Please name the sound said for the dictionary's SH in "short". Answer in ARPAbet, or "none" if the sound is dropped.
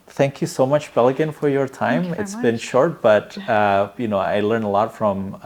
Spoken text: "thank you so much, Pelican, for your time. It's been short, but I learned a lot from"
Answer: SH